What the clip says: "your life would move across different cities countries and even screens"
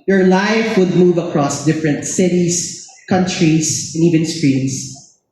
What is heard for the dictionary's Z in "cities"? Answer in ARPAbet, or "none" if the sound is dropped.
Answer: S